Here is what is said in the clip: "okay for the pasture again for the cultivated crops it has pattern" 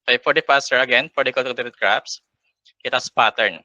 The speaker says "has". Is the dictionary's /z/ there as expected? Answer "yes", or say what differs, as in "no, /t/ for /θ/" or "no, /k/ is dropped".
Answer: no, /s/ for /z/